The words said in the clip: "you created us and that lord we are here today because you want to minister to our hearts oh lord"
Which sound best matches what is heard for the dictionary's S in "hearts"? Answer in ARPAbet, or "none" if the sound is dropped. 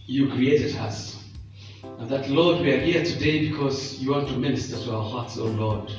S